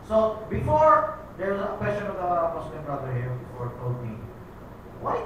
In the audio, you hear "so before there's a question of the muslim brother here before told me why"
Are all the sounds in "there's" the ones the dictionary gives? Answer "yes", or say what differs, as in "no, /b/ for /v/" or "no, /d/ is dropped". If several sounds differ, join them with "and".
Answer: no, /z/ is dropped